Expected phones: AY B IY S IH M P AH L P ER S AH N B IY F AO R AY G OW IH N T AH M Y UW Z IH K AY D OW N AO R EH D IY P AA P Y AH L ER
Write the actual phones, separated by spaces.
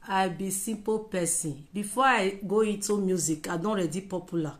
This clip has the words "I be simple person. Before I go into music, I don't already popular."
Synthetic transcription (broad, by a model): AY B IY S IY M P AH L P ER S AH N B IY F AO AY G OW IH N T AH M Y UW Z IH K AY D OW AO R EH D IY P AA P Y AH L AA